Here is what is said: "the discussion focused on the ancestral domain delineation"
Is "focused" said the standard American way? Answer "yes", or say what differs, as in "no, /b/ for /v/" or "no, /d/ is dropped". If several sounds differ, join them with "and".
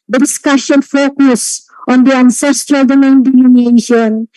no, /t/ is dropped